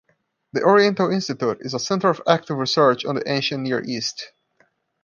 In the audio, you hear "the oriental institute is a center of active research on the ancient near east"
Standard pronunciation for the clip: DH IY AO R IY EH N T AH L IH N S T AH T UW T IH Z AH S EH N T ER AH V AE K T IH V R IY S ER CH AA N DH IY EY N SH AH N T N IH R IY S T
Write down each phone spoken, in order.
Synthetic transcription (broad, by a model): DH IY AO R IY EH N T AH L IH N S T AH T UW T IH Z AH S EH N T ER AH V AE K T IH V R IY S ER CH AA N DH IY EY N SH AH N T N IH R IY S T